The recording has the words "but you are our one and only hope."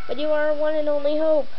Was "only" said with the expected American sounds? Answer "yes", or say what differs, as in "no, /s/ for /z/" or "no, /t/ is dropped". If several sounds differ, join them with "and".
yes